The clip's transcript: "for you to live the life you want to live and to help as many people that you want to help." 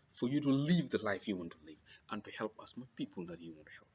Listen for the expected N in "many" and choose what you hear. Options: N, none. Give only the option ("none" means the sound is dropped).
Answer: none